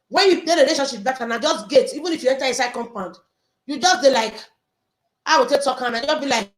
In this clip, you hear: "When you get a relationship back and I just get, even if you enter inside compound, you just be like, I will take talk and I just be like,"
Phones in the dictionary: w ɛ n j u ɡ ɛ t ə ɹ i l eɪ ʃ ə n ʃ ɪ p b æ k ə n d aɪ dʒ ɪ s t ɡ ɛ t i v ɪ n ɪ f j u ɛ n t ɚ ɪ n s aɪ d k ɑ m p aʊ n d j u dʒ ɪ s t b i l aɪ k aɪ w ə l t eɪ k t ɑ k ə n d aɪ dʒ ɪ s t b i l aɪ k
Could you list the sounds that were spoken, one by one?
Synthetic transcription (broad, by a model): w ɛ n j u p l ə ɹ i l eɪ ʃ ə n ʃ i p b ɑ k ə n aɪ dʒ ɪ s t ɡ ɛ t i v ɪ n ɪ f j u ɛ n t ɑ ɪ s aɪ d k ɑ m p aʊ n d j u dʒ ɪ s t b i l aɪ k aɪ w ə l t eɪ k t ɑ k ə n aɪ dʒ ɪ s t b i l aɪ k